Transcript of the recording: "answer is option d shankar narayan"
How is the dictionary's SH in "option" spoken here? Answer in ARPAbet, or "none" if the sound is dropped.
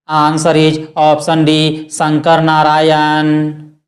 S